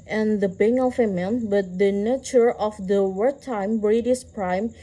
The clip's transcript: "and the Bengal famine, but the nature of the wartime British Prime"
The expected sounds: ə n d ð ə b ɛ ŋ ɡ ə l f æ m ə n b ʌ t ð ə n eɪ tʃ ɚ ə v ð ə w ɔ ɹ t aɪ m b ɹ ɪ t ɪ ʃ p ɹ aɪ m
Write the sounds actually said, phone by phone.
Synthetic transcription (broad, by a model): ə n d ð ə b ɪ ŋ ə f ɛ m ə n b ʌ t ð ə n eɪ tʃ ɚ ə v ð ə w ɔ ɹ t aɪ m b ɹ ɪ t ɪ s p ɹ aɪ m